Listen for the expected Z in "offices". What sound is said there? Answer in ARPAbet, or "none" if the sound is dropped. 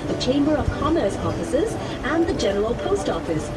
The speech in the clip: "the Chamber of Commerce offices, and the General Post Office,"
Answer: Z